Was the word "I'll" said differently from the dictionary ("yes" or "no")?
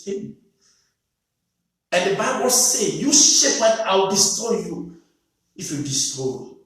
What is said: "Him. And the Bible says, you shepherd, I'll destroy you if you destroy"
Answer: yes